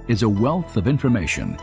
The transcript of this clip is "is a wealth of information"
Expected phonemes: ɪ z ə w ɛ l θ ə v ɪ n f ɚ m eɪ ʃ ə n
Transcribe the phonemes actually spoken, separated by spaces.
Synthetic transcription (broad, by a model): ɪ z ə w ɛ l θ ə v ɪ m f ɚ m eɪ ʃ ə n